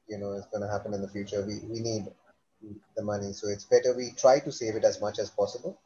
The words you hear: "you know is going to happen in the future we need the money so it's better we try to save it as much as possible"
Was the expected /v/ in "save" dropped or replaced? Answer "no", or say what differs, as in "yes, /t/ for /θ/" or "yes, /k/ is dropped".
no